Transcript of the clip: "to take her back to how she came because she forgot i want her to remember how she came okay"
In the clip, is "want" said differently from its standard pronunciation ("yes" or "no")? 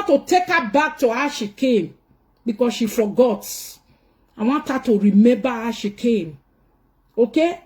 yes